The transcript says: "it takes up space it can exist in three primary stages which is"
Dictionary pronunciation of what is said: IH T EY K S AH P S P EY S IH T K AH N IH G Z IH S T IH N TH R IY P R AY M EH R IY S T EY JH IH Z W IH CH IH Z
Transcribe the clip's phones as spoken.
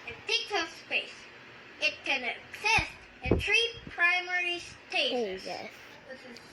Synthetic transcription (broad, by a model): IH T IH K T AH S P EY S IH T K AH N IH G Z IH S T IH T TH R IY P R AY M EH R IY S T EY IH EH IH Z